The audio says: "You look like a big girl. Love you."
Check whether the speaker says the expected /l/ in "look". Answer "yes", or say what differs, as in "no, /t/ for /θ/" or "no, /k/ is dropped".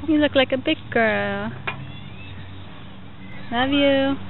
yes